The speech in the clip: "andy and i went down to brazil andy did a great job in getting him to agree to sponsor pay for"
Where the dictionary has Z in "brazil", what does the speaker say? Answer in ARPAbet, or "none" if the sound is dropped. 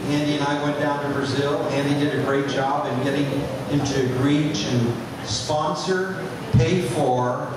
Z